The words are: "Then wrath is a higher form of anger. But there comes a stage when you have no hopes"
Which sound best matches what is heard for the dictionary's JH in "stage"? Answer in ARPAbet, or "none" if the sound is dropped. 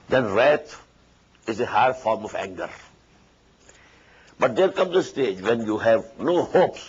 JH